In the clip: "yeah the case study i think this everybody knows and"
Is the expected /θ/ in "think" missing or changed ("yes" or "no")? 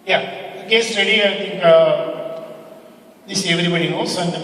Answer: yes